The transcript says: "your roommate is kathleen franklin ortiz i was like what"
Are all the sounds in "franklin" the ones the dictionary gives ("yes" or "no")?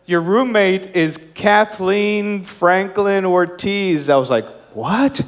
yes